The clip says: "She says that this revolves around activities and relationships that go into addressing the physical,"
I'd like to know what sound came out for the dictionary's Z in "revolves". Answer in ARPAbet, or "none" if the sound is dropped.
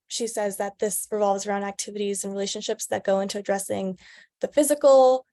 Z